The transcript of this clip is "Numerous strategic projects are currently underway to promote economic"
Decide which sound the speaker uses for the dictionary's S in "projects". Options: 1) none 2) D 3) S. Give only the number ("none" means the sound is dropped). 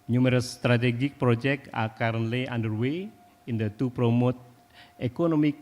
1